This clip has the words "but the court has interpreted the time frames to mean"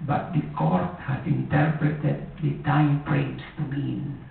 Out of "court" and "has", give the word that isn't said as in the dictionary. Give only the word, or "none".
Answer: has